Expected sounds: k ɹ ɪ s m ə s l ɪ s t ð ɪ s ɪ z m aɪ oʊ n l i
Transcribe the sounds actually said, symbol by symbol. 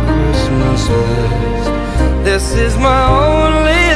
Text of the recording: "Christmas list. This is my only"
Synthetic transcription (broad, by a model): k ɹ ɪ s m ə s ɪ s ð ɪ s ɪ z m aɪ oʊ n l i